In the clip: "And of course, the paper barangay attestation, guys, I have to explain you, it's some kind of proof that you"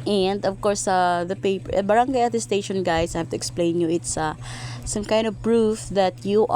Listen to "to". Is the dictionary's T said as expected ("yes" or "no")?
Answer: yes